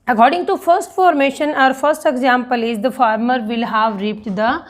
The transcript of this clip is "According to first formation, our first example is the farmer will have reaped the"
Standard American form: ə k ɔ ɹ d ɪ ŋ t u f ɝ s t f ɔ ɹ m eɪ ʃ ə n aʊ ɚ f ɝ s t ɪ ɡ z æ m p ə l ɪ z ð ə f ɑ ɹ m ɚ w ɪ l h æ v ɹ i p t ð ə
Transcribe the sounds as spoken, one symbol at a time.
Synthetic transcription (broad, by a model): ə k ɔ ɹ d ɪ ŋ t u f ɝ s t f ɔ ɹ m eɪ ʃ ə n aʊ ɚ f ɝ s t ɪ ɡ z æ m p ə l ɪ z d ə f ɑ ɹ m ɚ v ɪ l h æ v ɹ i p t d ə